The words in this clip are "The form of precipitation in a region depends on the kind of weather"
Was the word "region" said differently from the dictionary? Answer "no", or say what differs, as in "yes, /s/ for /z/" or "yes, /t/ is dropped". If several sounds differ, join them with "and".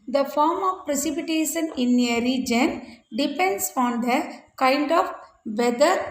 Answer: no